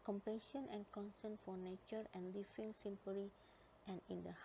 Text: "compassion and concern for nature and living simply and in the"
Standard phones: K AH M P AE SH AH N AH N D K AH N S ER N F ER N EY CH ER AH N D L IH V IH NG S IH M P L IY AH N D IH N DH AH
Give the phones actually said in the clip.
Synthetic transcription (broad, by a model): K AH M P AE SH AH N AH N K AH N S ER N F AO N EY CH ER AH N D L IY F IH NG S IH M P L IY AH N IH N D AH